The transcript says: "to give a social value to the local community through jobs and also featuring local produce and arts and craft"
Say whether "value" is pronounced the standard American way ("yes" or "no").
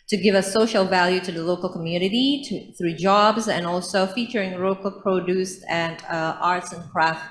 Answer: yes